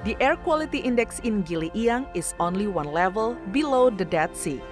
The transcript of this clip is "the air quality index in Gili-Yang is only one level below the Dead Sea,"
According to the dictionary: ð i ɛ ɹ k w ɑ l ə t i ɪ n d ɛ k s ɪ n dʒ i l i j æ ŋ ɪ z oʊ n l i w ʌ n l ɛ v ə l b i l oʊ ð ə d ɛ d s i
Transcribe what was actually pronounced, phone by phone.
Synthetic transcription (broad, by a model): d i ɛ ɹ k w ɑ l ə t i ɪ n d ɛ k s ɪ n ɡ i l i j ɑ ŋ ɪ s oʊ n l i w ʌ n l ɛ v ə l b i l oʊ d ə d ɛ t s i